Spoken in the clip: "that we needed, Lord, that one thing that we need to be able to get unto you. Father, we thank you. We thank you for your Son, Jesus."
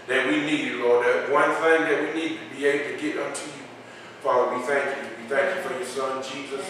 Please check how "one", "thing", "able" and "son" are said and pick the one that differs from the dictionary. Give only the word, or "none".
able